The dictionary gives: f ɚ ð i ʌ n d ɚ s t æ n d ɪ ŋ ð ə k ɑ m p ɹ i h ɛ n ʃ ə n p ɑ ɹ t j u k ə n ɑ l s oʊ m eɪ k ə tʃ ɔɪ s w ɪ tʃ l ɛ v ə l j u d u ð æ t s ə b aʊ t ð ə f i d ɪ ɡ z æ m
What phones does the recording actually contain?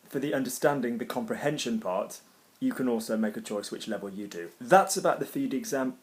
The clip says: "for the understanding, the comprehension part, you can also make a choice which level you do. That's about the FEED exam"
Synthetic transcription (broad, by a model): f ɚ ð i ʌ n d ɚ s t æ n d ɪ ŋ ð ə k ɑ m p ɹ i h ɛ n ʃ ə n p ɑ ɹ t j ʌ k ə n ɑ l s oʊ m eɪ k ə tʃ ɔɪ s w ɪ tʃ l ɛ v ə l j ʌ d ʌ ð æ t s ə b aʊ t ð ə f i d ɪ ɡ z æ m